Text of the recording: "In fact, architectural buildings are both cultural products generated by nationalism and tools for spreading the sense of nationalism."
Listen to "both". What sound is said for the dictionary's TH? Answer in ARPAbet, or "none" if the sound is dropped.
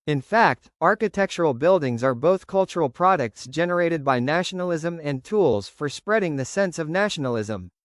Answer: TH